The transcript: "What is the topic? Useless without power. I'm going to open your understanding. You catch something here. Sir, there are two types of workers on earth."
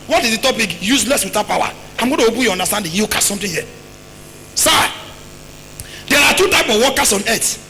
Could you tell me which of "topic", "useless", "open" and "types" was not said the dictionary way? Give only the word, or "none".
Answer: types